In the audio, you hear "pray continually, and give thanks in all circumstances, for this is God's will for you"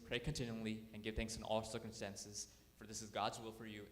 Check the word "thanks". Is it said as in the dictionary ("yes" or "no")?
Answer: yes